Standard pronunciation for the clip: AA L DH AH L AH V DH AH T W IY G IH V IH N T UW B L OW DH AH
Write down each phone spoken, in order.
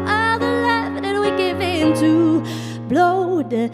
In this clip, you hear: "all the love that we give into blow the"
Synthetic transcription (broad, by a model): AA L DH AH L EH F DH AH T W IY G IH V IH N T UW B L OW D